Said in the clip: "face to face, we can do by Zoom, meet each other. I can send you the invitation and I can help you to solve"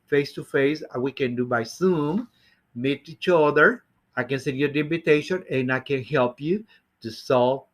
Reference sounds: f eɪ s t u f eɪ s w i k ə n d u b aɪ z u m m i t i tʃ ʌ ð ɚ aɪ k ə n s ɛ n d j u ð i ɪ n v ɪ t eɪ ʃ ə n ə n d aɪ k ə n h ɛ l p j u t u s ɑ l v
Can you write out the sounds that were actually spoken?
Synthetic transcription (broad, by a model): f eɪ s t u f eɪ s w i k ə n d u b aɪ s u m m i t i tʃ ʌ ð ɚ aɪ k ə n s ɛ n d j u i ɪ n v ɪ t eɪ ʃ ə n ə n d aɪ k ə n h ɛ l p j u t u s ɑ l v